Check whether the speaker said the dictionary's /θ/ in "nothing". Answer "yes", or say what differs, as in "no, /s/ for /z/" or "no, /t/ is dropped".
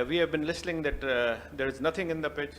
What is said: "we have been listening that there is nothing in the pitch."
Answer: no, /t/ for /θ/